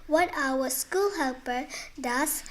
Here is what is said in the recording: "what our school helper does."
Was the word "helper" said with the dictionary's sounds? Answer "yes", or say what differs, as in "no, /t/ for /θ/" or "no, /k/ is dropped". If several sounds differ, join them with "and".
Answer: yes